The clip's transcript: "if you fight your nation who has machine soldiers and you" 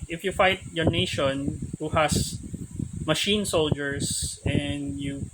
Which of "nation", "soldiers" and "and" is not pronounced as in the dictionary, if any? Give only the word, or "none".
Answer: soldiers